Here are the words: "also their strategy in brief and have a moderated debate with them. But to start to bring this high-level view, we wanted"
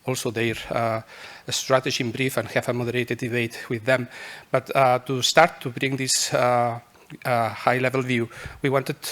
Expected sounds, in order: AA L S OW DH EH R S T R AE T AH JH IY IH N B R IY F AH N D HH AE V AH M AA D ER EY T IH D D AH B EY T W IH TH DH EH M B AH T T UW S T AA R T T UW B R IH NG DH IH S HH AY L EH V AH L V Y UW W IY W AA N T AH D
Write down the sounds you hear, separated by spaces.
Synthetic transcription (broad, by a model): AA L S OW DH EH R S T R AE T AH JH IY IH N B R IY F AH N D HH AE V AH M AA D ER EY T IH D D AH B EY T W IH DH EH M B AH T T UW S T AA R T T UW B R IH NG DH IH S HH AY L EH V AH L V Y UW W IY W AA N T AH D